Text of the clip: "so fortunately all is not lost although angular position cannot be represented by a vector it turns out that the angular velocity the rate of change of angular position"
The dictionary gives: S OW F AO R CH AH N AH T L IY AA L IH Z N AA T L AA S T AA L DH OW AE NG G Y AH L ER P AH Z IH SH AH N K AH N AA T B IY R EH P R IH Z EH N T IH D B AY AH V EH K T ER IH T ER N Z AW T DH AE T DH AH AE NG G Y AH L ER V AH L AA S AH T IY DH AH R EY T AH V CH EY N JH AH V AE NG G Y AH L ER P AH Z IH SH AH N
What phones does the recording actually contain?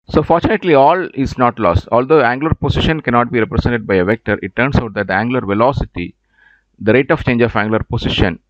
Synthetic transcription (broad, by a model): S OW F AO R CH AH N AH T L IY AA L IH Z N AA T L AA S T AA L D OW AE NG G L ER P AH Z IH SH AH N K AH N AA T B IY R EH P R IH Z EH N T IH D B AY AH V EH K T ER IH T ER N S AW T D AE T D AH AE NG G L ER V AH L AA S AH T IY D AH R EY T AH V CH EY N JH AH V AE NG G L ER P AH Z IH SH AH N